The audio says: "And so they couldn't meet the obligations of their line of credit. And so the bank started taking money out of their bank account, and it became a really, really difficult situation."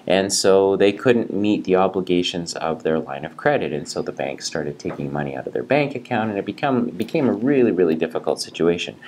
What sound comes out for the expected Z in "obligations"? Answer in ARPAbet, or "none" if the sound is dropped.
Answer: Z